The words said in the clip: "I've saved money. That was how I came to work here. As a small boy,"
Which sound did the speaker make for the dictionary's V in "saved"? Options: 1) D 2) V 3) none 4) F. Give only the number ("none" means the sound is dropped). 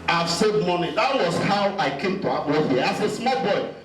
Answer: 3